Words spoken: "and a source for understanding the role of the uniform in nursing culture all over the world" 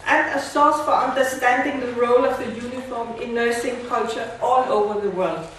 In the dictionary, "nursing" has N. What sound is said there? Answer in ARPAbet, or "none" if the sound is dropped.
N